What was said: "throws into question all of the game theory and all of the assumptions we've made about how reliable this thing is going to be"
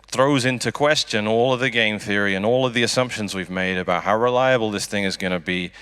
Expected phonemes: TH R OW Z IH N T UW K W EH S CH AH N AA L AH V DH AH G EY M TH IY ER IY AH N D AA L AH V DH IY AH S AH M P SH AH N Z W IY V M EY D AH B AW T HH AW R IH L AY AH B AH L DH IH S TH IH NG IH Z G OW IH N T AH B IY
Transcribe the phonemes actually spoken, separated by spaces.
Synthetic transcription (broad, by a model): TH R OW Z IH N T UW K W EH S CH AH N AA L AH V DH AH G EY M TH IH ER IY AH N AA L AH V DH IY AH S AH M P SH AH N Z W IY V M EY D AH B AW T HH AW R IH L AY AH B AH L DH IH S TH IH NG IH Z G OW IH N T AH B IY